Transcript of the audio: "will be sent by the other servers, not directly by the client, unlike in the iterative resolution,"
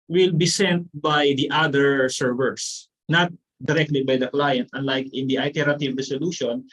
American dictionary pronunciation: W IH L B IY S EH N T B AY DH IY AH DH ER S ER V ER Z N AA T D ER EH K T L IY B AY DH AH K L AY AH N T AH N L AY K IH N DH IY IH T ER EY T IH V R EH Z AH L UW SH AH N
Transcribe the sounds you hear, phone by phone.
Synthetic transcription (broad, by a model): W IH L B IY S EH N T B AY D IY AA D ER S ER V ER S N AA T D ER EH K T L IY B AY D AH K L AY AH N T AH N L AY K IH N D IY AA T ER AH T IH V R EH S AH L UW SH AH N